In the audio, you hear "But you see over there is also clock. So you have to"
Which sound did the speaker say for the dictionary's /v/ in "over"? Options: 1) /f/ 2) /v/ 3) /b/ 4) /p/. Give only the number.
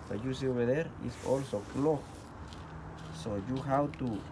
3